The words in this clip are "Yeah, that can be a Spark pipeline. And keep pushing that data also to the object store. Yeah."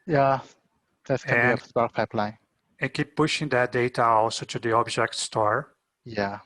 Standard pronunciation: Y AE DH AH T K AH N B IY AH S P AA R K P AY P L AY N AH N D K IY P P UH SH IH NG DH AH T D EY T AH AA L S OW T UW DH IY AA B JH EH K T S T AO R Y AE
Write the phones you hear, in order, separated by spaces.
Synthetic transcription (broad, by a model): Y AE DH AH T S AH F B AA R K P AY P L AY N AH N K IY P P UH SH IH NG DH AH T D EY T AH AA L S OW T UW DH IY AA B JH EH K T S T AO R Y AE